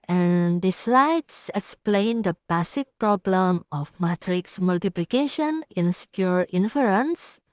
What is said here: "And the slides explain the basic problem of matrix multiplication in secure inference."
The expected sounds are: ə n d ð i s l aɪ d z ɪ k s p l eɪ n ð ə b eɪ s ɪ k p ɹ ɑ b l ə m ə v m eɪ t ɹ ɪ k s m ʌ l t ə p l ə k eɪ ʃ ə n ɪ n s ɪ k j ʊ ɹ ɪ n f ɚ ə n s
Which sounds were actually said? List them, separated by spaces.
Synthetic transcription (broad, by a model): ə n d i s l aɪ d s ɪ k s p l eɪ n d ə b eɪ s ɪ k p ɹ ɑ b l ə m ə f m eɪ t ɹ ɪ k s m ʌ l t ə p l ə k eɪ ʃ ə n ɪ n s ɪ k j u ɹ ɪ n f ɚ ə n s